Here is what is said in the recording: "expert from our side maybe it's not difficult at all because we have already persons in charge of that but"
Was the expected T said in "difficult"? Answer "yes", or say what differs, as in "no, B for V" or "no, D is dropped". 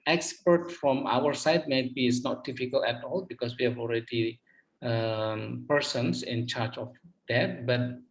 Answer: no, T is dropped